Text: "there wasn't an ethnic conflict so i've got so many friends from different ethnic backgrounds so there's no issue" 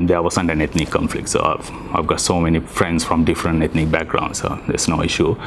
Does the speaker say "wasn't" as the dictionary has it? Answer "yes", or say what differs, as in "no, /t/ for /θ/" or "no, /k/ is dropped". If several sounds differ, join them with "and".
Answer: no, /s/ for /z/